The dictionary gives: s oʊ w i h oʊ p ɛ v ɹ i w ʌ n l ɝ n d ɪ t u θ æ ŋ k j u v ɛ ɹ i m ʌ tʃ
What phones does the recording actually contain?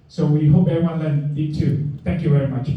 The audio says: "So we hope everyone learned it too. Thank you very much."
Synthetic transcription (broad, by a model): s oʊ w i h oʊ p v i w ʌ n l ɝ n ɪ t u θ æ ŋ k j u v ɛ ɹ i m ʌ tʃ